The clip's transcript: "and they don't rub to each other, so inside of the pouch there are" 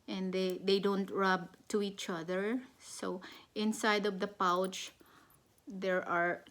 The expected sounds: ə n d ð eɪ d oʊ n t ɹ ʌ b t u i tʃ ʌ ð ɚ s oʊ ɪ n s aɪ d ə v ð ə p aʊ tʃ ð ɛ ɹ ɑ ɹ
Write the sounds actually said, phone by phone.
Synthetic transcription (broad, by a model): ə n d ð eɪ d oʊ n t ɹ ʌ b t u i tʃ ʌ ð ɚ s oʊ ɪ n s aɪ d ə v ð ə p aʊ tʃ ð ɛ ɹ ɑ ɹ